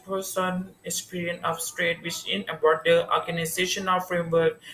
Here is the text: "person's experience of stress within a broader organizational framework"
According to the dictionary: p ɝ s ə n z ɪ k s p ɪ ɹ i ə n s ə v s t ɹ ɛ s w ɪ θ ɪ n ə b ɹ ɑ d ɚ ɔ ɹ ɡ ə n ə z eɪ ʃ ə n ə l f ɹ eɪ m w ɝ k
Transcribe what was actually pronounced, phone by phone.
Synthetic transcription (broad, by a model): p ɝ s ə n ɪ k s p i ɹ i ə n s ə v s t ɹ ɛ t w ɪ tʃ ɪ n ə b ɑ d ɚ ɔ ɹ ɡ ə n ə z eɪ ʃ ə n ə f ɹ eɪ m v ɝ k